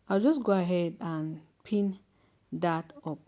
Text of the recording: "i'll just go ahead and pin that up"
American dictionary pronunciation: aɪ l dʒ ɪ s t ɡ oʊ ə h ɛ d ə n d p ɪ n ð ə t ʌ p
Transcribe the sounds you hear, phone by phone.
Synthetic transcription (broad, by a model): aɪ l dʒ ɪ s ɡ oʊ ə h ɛ d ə n p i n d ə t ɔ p